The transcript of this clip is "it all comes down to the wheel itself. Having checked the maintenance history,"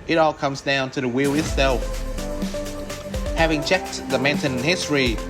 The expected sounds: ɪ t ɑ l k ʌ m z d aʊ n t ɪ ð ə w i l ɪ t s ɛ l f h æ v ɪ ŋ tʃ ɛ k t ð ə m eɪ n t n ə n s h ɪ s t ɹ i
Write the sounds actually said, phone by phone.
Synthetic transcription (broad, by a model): ɪ t ɑ l k ʌ m z d aʊ n t ɪ ð ə w i l ɪ t s ɛ l f h æ v ɪ ŋ tʃ ɛ k t ð ə m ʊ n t ə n h ɪ s t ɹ i